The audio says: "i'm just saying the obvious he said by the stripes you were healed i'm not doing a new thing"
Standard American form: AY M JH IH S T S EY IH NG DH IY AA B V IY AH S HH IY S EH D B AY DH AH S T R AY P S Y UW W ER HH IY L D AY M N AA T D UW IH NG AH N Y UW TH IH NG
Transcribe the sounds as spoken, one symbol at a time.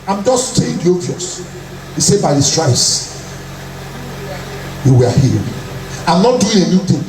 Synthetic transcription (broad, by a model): AY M JH IH S T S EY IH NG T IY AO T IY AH S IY S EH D B AY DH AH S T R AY S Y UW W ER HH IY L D AY M N AA T D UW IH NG AH N Y UW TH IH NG